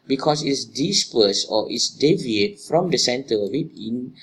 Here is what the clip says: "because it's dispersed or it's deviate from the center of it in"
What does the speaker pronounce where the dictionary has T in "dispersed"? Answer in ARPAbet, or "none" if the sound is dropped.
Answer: none